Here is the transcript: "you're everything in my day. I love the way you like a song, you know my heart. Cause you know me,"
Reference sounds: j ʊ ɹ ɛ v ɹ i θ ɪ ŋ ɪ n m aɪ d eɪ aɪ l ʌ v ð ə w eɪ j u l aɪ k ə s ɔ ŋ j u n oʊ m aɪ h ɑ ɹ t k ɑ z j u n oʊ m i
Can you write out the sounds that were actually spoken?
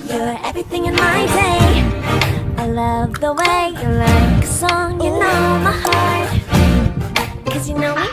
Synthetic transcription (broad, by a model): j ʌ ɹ ɛ v ɹ i θ ɪ ŋ ɪ n m aɪ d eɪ aɪ l ʌ v ð ə w eɪ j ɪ l aɪ k ə s ɔ ŋ j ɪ n oʊ m aɪ h ɑ ɹ t k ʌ z j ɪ n oʊ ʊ